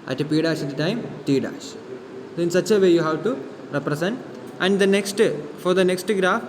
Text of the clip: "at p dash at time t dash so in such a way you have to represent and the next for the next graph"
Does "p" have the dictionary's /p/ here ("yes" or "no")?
yes